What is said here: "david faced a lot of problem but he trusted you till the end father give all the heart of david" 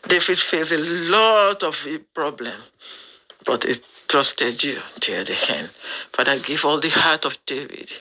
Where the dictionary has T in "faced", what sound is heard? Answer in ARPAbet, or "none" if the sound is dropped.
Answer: none